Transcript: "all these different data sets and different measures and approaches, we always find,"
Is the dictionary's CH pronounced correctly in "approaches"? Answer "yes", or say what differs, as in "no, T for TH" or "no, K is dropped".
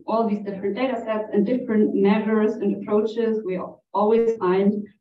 yes